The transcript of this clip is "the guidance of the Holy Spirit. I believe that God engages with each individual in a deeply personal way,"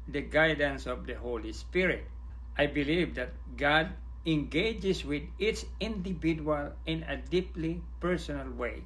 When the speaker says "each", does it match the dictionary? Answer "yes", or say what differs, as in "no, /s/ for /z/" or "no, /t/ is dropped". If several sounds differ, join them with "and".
no, /s/ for /tʃ/